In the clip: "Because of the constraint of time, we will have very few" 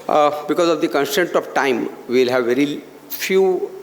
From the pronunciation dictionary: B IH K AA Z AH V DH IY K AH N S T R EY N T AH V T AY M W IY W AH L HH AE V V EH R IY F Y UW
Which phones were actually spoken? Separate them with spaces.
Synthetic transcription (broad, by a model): B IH K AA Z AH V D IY K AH N S T EY N T AH V T AY M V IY L HH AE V V EH R IY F Y UW